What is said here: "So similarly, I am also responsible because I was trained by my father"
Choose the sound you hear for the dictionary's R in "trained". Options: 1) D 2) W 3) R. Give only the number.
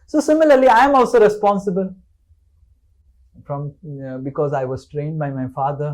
3